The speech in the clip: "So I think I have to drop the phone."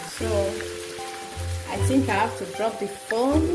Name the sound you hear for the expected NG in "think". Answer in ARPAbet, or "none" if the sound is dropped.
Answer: NG